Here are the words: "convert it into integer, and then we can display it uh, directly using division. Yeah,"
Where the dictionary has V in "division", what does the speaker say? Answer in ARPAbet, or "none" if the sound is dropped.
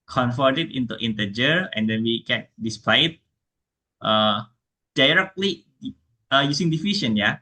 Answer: F